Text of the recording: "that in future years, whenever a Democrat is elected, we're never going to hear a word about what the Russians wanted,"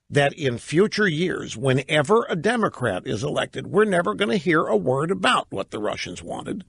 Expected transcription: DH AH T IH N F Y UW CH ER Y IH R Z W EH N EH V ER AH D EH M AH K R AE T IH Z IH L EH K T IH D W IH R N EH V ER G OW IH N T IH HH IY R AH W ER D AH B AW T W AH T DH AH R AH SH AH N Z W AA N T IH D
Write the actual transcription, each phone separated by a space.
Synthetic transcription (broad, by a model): DH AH T IH N F Y UW CH ER Y IH R Z W EH N EH V ER AH D EH M AH K R AE T IH Z IH L EH K T IH D W IH R N EH V ER G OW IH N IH HH IY R AH W ER D AH B AW T W AH T DH AH R AH SH AH N Z W AA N T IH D